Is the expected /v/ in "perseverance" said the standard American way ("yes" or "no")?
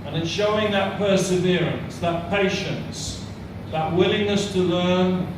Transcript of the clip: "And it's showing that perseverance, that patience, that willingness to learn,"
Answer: yes